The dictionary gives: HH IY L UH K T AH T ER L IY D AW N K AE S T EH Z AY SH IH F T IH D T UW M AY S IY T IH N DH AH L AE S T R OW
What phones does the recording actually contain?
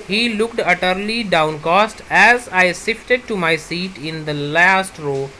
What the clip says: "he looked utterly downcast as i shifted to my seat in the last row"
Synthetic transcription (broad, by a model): HH IY L UH K T AH T ER L IY D AW N K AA S T EH Z AY S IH F T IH D T UW M AY S IY T IH N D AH L AE S T R OW